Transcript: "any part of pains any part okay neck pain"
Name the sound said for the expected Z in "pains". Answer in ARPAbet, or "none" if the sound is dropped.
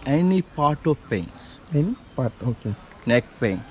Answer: S